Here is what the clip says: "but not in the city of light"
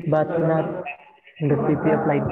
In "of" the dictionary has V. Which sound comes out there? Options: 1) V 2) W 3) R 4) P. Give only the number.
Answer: 4